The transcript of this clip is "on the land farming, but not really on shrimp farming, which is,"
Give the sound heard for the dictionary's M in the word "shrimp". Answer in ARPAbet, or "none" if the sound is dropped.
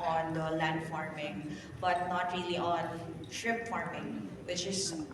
none